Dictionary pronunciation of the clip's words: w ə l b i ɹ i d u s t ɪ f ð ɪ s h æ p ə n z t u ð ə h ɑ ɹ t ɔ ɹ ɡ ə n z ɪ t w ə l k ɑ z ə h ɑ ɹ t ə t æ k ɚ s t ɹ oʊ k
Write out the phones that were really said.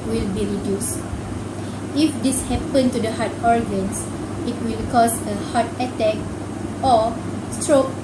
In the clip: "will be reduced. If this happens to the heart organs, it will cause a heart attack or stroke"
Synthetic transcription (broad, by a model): w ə l b i ɹ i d u s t ɪ f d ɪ s h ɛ p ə n t u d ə h ɑ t ɔ ɹ ɡ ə n s ɪ t w ə l k ɑ s ə h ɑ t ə t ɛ k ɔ s t ɹ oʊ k